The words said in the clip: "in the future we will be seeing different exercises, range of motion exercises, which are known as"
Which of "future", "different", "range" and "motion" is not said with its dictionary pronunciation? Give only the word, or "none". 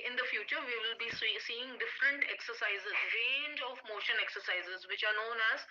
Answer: none